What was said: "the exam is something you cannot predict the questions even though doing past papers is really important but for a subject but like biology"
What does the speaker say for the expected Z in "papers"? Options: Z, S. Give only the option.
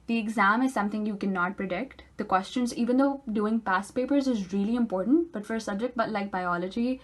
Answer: Z